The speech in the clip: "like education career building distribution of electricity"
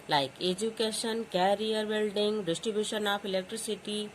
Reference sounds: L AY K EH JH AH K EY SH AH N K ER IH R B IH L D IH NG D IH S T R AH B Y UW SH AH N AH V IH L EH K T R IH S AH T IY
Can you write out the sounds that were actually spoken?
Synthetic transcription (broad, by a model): L AY K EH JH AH K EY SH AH N K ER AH R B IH L D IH NG D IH S T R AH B Y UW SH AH N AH P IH L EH K T R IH S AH T IY